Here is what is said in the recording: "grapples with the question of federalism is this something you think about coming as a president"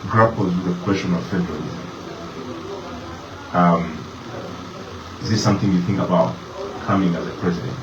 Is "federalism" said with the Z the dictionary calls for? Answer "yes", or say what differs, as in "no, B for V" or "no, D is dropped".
yes